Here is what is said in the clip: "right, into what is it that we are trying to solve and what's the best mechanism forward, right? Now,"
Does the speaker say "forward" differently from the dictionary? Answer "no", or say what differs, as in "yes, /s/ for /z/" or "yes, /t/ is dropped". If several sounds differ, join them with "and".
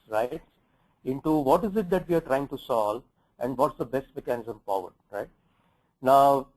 yes, /p/ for /f/